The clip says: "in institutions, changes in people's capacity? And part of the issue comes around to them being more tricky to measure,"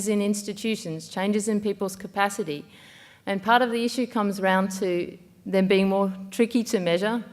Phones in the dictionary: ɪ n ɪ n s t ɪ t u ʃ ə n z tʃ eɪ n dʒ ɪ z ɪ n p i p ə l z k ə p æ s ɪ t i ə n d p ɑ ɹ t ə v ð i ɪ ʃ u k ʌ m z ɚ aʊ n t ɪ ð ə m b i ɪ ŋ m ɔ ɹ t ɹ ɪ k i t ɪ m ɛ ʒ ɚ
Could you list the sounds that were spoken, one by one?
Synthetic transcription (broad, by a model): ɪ n ɪ n s t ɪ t u ʃ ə n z tʃ eɪ n dʒ ɪ z ɪ n p i p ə l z k ə p æ s ɪ t i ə n p ɑ ɹ t ə v ð i ɪ ʃ u k ʌ m z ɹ aʊ n t ɪ ð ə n b i ɪ ŋ m ɔ ɹ t ɹ ɪ k i t ɪ m ɛ ʒ ɚ